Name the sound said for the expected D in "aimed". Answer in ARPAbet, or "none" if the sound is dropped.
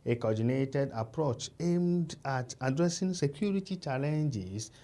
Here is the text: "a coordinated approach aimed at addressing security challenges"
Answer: D